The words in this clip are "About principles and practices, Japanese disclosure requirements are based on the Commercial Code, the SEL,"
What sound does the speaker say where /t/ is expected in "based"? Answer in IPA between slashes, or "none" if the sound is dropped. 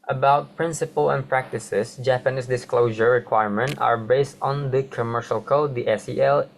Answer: /t/